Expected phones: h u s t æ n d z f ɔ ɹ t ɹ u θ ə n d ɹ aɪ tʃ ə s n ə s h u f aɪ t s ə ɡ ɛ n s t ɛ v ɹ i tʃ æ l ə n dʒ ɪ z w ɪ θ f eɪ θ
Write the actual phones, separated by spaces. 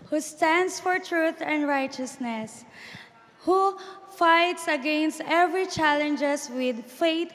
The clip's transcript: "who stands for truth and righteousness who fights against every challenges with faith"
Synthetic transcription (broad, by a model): h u s t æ n d s f ɔ ɹ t ɹ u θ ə n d ɹ aɪ tʃ ə s n ə s h u f aɪ t s ə ɡ ɛ n s t ɛ v ɹ i tʃ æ l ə n dʒ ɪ s w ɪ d f eɪ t